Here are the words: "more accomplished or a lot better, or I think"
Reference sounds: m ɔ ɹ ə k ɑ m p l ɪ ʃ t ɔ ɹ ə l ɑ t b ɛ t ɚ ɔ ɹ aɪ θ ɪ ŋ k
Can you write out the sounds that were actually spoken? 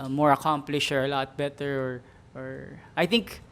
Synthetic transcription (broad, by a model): m ɔ ɹ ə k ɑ m p l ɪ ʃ ɔ ɹ ə l ɑ t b ɛ t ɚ ɔ ɹ aɪ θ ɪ ŋ k